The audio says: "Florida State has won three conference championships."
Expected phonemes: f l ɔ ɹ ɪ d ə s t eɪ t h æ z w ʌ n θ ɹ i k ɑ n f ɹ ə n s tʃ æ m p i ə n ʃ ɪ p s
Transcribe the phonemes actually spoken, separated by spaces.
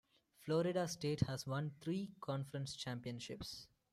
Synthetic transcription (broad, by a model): f l ɔ ɹ ɪ d ə s t eɪ t h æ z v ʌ n t ɹ i k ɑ n f ɹ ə n s tʃ æ m p i ə n ʃ ɪ p s